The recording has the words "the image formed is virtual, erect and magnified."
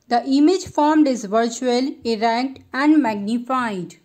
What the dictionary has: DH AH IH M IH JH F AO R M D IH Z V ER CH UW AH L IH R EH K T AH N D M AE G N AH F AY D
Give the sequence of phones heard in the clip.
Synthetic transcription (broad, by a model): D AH IH M IH JH F AO R M D IH Z V ER CH UW AH L IH R EH K T AH N D M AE G N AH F AY D